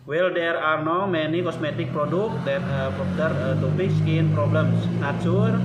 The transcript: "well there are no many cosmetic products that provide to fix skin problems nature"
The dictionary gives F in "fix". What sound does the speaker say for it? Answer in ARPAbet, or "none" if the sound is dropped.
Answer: P